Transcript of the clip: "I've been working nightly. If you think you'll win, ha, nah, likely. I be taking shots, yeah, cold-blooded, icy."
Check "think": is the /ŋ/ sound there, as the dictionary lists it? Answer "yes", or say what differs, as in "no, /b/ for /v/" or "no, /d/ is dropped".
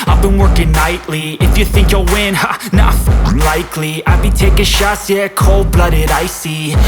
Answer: yes